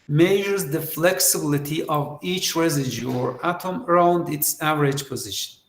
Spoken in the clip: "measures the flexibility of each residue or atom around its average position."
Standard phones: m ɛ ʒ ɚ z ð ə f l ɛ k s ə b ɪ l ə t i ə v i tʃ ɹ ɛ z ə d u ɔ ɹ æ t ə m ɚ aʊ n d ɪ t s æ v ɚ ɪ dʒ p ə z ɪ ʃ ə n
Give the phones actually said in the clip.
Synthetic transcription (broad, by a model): m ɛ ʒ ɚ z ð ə f l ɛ k s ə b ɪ l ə t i ə v i tʃ ɹ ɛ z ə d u ɔ ɹ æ t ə m ɚ aʊ n d ɪ t s æ v ɚ ɪ dʒ p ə z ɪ ʃ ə n